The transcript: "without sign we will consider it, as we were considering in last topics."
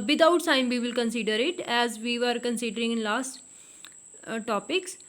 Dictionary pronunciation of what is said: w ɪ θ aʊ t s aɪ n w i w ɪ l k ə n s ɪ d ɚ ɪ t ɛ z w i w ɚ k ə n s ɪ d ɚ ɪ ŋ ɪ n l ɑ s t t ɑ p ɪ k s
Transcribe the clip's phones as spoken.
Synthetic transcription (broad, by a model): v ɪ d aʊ t s aɪ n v i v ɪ l k ə n s ɪ d ɚ ɪ t ɛ z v i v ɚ k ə n s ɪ d ɚ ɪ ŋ ɪ n l ɑ s t t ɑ p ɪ k s